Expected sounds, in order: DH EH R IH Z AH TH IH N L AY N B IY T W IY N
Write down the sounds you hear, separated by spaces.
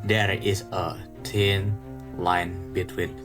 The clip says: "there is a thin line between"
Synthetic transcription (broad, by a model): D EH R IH S AH T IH N L AY N B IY T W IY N